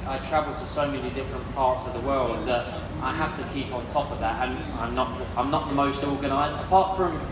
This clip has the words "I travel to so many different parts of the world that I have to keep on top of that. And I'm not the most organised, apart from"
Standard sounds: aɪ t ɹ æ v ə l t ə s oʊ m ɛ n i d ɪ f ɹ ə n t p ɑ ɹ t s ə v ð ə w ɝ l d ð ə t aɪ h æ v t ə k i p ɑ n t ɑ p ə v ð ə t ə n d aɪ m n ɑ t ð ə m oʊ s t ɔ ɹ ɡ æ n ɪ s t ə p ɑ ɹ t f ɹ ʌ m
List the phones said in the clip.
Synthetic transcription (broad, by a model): aɪ t ɹ æ v ə l t ə s oʊ m ɛ n i d ɪ f ɹ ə n p ɑ ɹ t s ə v ð ə w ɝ l d ð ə t aɪ h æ f t ə k i p n t ɑ p ə v ð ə t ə n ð aɪ m n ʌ t ð ə m oʊ s t ɔ ɹ ɡ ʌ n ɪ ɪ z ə p ɑ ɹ t f ɹ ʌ m